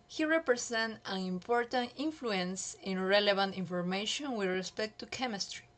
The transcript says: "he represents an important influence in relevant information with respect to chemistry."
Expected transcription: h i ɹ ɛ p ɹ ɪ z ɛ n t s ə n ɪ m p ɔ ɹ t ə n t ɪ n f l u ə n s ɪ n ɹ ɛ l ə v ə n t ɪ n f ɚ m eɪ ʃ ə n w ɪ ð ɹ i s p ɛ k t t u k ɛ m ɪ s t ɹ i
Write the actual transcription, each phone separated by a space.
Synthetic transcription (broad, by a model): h i ɹ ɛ p ɹ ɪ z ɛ n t ə n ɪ m p ɔ ɹ t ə n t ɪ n f l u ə n s ɪ n ɹ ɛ l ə b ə n t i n f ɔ m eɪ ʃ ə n w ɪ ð ɹ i s p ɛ k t t u k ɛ m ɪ s t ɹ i